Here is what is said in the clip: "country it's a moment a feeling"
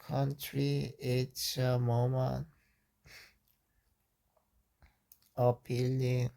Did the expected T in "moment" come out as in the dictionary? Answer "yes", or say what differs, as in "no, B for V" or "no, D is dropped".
no, T is dropped